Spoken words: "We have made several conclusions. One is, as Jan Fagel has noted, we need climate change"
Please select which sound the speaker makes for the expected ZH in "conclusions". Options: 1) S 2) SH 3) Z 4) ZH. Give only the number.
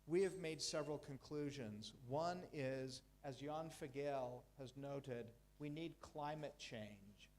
4